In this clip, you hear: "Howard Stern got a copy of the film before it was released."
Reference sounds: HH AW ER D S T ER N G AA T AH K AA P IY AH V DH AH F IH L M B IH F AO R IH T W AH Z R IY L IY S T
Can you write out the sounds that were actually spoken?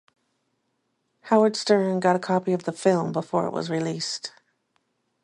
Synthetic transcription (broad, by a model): HH AW ER D S T ER N G AA T AH K AA P IY AH V DH AH F IH L M B IH F AO R IH T W AH Z R IY L IY S T